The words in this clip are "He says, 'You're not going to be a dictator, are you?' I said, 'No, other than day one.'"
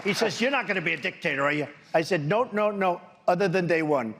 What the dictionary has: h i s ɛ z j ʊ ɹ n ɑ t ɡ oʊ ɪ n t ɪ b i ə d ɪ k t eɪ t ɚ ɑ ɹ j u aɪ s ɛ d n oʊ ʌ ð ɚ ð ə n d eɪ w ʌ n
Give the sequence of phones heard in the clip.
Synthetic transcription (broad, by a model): h i s ɛ z j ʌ ɹ n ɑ t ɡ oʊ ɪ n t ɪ b i ə d ɪ k t eɪ t ɚ ɑ ɹ j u aɪ s ɛ d n oʊ ʌ ð ɚ ð ə n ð eɪ w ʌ n